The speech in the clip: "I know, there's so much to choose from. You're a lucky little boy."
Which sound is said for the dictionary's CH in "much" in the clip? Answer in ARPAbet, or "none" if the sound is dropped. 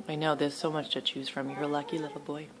CH